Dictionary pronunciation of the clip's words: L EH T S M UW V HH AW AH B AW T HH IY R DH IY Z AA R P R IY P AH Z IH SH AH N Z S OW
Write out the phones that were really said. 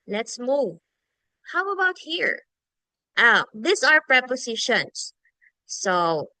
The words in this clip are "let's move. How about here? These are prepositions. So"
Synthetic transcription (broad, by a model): L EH T S M UW V HH AW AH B AW T HH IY R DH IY S AA R P R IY P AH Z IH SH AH N S OW